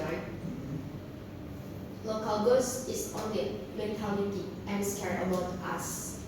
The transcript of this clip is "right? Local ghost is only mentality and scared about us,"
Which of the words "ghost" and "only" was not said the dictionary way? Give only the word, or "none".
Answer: ghost